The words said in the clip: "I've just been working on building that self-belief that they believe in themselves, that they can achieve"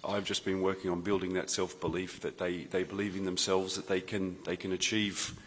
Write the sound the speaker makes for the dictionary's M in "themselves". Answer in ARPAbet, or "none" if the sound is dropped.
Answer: M